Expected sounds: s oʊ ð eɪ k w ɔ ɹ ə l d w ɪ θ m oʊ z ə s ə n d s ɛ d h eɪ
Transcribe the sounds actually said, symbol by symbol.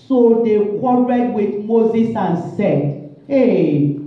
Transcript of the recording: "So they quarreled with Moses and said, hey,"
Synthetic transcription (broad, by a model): s oʊ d eɪ k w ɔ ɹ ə d w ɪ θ m oʊ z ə s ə n s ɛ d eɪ